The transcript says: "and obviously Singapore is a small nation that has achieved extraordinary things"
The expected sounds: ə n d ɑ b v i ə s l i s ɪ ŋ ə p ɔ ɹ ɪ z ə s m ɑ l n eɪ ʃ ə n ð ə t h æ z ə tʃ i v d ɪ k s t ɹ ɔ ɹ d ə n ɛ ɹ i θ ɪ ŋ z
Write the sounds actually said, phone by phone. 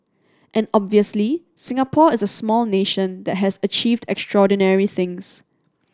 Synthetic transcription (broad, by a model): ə n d ɑ b v i ə s l i s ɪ ŋ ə p ɔ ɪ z ə s m ɑ l n eɪ ʃ ə n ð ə t h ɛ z ə tʃ i v d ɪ k s t ɹ ɔ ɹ d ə n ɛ ɹ i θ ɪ ŋ s